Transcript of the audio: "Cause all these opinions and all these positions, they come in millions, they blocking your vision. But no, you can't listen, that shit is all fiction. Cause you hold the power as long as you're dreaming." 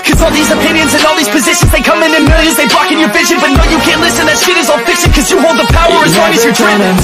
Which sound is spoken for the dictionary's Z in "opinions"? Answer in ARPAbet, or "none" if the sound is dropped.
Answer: Z